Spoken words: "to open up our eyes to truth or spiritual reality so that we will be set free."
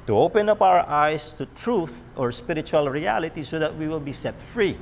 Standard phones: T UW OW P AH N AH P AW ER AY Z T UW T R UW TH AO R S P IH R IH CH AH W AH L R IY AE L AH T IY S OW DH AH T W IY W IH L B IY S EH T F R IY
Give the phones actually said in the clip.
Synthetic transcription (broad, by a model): T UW OW P AH N AH P AW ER AY S T UW T R UW TH AO R S P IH R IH CH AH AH L R IY AE L AH T IY S OW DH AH T W IY W IH L B IY S EH T F R IY